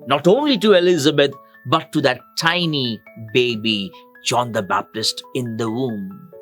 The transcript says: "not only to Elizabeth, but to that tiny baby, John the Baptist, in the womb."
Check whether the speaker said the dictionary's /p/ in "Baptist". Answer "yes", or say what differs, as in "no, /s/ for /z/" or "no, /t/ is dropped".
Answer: yes